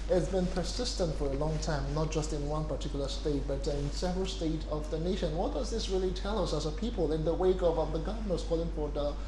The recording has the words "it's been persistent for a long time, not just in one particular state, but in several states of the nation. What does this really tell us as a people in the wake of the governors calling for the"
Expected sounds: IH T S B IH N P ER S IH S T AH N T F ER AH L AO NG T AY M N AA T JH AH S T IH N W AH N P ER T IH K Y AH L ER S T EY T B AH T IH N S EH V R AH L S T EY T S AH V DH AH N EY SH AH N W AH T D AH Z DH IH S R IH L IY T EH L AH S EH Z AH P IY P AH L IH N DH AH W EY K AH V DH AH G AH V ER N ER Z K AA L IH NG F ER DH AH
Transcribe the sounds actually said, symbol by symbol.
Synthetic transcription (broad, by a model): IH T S B IH N P ER S IH S T AH N T F ER AH L AO NG T AY M N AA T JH AH S T IH N W AH N P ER T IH K Y L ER S T EY T B AH T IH N S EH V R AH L S T EY T AH V DH AH N EY SH AH N W AH T D AH Z DH IH S R IH L IY T EH L AH S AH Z AH P IY P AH L IH N DH AH W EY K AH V DH AH G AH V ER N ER S K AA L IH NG F ER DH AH